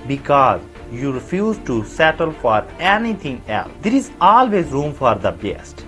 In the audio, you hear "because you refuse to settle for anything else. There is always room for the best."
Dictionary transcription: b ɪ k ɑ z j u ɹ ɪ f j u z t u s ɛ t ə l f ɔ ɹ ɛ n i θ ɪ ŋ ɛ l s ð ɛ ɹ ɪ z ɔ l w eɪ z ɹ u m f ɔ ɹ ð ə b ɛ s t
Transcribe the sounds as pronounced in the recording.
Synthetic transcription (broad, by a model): b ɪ k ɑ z j u ɹ ɪ f j u z t u s ɛ t ə l f ɔ ɹ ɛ n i t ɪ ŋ ɛ l s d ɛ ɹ ɪ z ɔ l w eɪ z ɹ u m f ɔ ɹ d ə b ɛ s t